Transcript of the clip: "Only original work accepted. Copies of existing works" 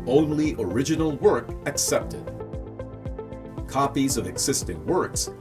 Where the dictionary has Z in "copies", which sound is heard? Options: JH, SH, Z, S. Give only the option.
Z